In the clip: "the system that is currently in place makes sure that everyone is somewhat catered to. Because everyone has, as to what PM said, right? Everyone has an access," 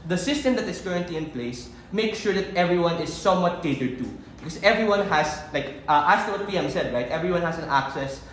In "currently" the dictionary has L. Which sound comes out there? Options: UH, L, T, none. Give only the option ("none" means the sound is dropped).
L